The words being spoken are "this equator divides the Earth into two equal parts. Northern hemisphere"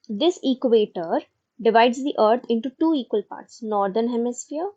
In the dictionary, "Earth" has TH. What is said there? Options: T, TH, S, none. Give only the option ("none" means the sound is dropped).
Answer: T